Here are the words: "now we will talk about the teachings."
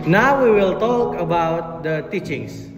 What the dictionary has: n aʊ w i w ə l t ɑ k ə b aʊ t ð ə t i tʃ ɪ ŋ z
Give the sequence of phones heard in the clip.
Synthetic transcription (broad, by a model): n aʊ w i w ə l t ɑ k ə b aʊ t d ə t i tʃ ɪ ŋ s